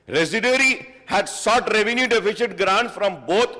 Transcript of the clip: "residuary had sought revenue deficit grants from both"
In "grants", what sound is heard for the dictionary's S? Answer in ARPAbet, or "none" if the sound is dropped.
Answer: none